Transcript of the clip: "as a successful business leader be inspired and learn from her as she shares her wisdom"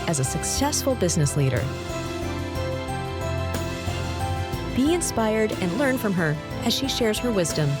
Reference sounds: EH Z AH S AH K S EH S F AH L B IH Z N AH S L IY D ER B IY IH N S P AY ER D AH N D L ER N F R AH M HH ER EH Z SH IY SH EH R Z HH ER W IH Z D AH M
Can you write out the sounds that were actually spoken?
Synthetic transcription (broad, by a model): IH Z AH S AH K S EH S F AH L B IH Z N AH S L IY D ER B IY IH N S P AY ER D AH N L ER N F R AH M ER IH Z SH IY SH EH R Z HH ER W IH Z D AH M